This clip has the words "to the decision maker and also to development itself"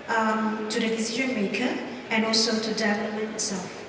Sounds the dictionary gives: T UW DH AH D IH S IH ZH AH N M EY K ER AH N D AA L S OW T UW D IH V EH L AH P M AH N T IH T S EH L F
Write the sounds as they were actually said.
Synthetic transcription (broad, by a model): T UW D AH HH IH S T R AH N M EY K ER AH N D AA L S OW T UW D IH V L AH M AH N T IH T S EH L F